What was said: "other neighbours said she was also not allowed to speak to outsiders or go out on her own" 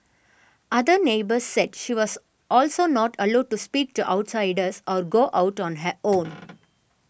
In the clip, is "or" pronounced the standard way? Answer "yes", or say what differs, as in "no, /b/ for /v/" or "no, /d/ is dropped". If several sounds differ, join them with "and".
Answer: yes